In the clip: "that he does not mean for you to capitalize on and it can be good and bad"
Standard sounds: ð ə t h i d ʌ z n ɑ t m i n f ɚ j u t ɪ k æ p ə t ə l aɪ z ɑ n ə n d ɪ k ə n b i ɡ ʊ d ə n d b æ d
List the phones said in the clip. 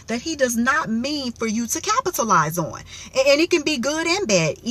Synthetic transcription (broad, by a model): ð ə t h i d ʌ z n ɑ t m i n f ɚ j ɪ t ɪ k æ p ə t ə l aɪ z n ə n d ɪ k ə n b i ɡ ʊ d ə n b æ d